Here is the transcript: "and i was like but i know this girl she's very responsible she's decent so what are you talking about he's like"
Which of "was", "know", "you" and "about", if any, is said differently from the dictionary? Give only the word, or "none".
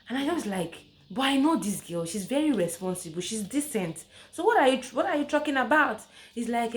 was